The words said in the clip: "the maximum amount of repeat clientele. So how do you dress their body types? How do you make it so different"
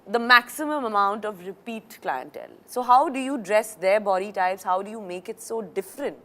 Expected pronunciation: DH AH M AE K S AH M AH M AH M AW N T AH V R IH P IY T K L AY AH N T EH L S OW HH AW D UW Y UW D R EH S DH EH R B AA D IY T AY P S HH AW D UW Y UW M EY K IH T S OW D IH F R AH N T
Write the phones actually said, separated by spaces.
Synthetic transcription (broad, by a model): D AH M AE K S AH M AH M AH M AW N T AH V R IH P IY T K L AY AH N T EH L S OW HH AW D UW Y UW D R EH S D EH R B AA D IY T AY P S HH AW D UW Y UW M EY K IH T S OW D IH F R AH N T